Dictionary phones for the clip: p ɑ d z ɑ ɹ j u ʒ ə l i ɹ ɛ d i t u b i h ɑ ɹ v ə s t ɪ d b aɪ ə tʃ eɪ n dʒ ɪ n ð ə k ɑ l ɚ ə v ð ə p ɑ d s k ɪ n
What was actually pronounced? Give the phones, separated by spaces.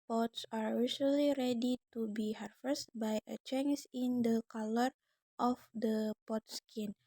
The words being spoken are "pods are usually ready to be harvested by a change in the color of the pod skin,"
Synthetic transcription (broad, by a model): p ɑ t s ɑ ɹ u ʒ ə l i ɹ ɛ d i t u b i h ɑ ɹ f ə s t b aɪ ə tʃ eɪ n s ɪ n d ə k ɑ l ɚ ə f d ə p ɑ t s k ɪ n